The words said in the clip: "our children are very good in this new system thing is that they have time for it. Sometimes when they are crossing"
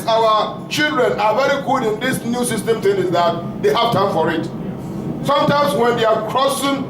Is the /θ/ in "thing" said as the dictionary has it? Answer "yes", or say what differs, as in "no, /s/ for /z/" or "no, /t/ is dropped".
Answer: no, /t/ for /θ/